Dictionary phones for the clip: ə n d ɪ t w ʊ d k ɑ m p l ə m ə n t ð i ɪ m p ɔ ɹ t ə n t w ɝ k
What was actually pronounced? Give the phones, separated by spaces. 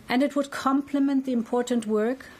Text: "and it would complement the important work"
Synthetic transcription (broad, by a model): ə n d ɪ t w ʊ d k ɑ m p l ə m ə n t ð i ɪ m p ɔ ɹ t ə n t w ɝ k